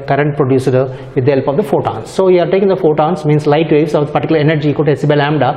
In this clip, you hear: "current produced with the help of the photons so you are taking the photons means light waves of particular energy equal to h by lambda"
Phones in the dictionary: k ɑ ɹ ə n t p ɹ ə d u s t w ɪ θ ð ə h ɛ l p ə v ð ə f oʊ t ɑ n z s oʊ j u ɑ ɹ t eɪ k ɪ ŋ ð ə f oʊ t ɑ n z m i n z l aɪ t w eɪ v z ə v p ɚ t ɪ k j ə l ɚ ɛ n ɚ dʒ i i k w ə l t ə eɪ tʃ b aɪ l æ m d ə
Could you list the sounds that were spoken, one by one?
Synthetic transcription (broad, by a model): k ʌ ɹ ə n t p ɹ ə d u s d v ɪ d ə h ɛ l p ə v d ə f oʊ t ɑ n s oʊ j u ɑ ɹ t eɪ k ɪ ŋ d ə f oʊ t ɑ n s m i n s l aɪ t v eɪ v s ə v p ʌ t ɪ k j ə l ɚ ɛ n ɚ dʒ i i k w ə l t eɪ s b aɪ l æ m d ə